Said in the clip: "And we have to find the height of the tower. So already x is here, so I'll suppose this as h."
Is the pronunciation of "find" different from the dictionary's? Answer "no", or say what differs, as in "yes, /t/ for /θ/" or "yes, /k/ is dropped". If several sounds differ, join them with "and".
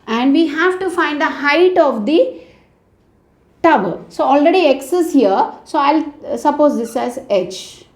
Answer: no